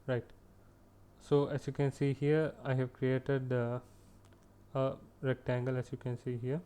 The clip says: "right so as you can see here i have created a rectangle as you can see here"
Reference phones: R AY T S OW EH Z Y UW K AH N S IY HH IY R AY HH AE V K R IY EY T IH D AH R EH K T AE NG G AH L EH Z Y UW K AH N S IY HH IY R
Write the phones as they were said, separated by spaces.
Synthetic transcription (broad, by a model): R AY T S OW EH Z Y UW K AH N S IY HH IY R AY HH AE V K R IY EY T IH D AH R EH K T AE NG G AH L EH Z Y UW K AH N S IY HH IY R